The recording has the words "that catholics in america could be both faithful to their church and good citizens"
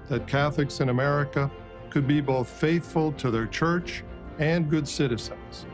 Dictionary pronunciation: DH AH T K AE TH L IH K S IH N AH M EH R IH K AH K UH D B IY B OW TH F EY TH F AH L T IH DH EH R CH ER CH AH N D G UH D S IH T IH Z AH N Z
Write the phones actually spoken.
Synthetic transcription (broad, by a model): DH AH T K AE TH L IH K S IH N AH M EH R IH K AH K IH D B IY B OW TH F EY TH F AH L T IH DH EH R CH ER CH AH N G UH D S IH T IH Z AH N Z